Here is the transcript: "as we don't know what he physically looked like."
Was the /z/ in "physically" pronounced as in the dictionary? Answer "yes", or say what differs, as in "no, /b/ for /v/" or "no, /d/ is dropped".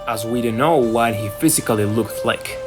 yes